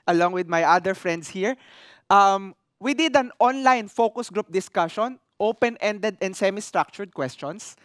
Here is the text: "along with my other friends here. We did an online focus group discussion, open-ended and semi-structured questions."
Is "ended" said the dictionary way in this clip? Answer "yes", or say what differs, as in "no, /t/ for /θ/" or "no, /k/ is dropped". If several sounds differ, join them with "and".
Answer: yes